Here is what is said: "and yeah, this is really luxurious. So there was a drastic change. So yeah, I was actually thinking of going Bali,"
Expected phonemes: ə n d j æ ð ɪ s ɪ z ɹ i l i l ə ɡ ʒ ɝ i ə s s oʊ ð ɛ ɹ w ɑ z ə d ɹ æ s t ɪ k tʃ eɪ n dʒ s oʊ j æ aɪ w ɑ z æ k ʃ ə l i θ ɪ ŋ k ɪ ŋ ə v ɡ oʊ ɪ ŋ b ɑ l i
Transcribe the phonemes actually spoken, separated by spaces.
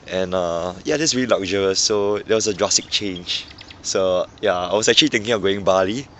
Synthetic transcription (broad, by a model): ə n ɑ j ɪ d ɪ s ɹ i l i l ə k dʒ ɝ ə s s oʊ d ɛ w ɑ s ə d ɹ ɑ s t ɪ k tʃ eɪ n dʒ s oʊ j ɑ aɪ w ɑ s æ k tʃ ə l i t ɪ ŋ k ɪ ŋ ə ɡ oʊ ɪ ŋ b ɑ l i